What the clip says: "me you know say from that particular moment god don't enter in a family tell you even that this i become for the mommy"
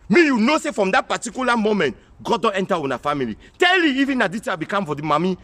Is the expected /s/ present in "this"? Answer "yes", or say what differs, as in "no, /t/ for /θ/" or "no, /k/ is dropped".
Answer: no, /s/ is dropped